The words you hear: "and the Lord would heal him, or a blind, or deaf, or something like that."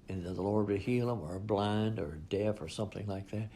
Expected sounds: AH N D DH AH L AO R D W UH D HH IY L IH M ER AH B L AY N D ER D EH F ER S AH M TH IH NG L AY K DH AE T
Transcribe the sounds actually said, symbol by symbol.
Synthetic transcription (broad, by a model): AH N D DH AH L AO R D W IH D HH IY L IH M ER B L AY N D ER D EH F ER S AH M TH IH NG L AY K DH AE T